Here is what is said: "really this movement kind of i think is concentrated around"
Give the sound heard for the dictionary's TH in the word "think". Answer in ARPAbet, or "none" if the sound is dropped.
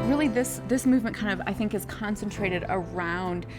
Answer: TH